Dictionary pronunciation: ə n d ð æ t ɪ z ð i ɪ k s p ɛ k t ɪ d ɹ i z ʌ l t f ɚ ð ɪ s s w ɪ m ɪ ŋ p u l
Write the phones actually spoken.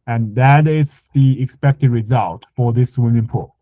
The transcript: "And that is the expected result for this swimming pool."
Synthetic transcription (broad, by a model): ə n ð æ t ɪ z ð i ɪ k s p ɛ k t ɪ d ɹ i z ʌ l t f ɚ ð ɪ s s w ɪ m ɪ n p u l